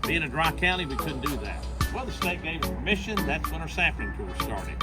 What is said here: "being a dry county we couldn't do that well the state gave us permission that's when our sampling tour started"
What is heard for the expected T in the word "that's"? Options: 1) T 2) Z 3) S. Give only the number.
1